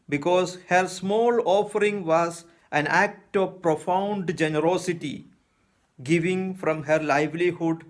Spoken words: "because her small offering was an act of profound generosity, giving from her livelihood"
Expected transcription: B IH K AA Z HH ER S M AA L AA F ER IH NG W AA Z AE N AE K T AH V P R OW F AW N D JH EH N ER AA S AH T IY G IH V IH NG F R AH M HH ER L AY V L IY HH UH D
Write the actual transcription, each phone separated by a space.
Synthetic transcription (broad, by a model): B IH K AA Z HH ER S M AA L AA F ER IH NG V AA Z AE N AE K T AH V P R OW F AW N D JH EH N ER AA S AH T IY G IH V IH NG F R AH M HH ER L AY V L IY HH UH D